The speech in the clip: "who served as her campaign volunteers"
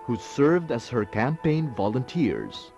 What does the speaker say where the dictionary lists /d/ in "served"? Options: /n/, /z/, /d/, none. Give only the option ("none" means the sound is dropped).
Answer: /d/